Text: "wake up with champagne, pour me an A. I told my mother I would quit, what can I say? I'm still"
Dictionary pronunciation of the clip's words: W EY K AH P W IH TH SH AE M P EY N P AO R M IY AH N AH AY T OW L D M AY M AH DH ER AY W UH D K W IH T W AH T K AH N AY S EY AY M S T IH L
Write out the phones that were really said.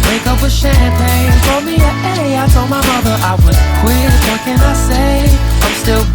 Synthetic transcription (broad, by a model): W EY K AH P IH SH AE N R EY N F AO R M IY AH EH AH AY T OW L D M AY M AH DH ER AY W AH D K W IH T W AH T K AH N AY S EY AY M S T IH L